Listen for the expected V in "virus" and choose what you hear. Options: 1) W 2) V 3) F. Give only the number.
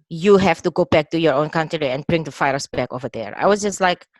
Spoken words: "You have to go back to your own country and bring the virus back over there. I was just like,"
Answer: 3